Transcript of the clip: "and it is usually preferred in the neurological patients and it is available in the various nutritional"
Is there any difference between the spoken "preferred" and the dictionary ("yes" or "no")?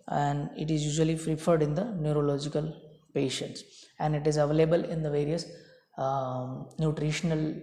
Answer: yes